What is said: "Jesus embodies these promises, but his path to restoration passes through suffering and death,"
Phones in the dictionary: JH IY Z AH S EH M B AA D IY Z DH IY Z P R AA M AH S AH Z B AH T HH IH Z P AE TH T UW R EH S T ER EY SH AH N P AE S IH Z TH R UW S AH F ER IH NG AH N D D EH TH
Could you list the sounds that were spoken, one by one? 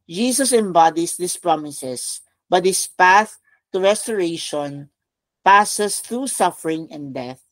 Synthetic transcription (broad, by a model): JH IY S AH S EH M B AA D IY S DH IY S P R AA M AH S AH S B AH T HH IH S P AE TH T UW R EH S T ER EY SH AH N P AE S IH S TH R UW S AH F ER IH NG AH N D D EH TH